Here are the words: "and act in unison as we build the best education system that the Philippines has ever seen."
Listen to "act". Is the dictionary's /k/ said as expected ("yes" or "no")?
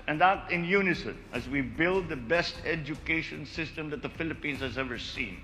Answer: no